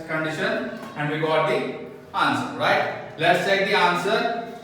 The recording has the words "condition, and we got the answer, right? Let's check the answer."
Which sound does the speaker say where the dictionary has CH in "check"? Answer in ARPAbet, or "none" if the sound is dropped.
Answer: S